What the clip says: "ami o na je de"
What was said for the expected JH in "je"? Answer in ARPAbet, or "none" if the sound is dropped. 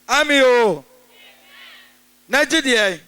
JH